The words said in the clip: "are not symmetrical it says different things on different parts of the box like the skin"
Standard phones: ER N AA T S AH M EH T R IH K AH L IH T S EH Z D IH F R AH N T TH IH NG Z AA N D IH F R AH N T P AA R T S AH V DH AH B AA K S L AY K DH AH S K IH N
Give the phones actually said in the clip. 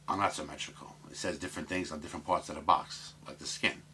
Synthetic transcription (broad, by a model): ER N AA T S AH M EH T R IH K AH L IH T S EH Z D IH F R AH N TH IH NG Z N D IH F R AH N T P AA R T S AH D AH B AA K S L AY K DH AH S K IH N